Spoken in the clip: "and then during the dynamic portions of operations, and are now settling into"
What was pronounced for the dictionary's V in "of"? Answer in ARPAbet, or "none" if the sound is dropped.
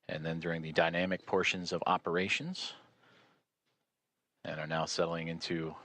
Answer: V